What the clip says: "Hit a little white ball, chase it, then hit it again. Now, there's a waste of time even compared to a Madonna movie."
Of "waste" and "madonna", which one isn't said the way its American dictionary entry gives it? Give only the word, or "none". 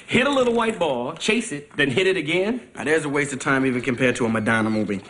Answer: none